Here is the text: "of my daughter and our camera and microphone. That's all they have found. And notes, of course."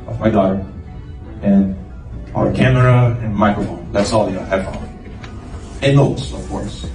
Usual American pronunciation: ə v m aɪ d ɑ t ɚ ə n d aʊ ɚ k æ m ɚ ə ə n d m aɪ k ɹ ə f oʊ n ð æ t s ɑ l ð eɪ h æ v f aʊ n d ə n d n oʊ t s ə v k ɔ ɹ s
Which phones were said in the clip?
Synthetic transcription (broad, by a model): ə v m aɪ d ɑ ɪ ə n aʊ ɚ k æ m ɚ ə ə n m aɪ k ɹ ə f oʊ n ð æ t s ɑ l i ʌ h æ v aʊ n ə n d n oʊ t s ə v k ɔ ɹ s